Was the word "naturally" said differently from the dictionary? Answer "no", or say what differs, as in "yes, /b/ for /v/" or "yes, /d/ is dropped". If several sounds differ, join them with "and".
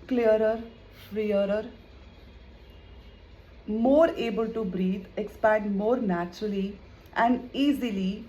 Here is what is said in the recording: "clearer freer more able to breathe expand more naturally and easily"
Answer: no